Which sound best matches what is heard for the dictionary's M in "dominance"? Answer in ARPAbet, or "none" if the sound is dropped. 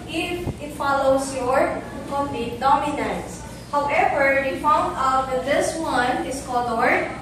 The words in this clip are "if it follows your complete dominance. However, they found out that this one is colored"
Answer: M